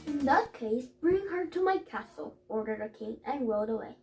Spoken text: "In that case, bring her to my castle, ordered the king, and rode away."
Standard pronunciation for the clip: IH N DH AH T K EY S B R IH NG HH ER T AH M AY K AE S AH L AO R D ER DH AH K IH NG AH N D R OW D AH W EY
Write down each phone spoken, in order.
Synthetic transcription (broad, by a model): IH N DH AH T K EY S B R IH NG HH ER T AH M AY K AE S L AO R D ER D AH K IH NG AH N R OW D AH W EY